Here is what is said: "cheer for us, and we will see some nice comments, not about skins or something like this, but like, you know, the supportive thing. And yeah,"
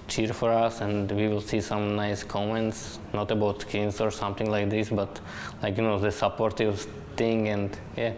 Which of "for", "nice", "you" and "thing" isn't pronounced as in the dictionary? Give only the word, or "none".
thing